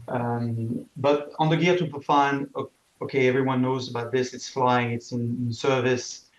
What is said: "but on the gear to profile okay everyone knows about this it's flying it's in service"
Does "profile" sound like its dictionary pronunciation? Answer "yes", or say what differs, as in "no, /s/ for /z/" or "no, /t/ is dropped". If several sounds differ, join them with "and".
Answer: no, /n/ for /l/